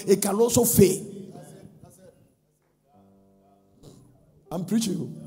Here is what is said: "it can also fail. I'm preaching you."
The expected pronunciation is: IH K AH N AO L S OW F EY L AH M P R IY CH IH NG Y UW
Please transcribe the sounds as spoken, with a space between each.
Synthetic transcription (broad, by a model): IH K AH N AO S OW F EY AH M P R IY CH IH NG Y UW